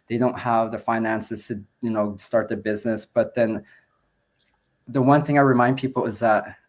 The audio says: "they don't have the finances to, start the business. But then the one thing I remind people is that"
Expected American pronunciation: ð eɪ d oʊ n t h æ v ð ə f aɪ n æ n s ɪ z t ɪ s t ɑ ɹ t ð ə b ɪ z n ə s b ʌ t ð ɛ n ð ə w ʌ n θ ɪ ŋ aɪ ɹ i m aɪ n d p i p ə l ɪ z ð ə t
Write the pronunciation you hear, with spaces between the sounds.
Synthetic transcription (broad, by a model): ð eɪ d oʊ n t h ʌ v ð ə f aɪ n æ n s ɪ z t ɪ s t ɑ ɹ t ð ə b ɪ z n ə s b ʌ t ð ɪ n ð ə w ʌ n θ ɪ ŋ aɪ ɹ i m aɪ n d p i p l ɪ z ð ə t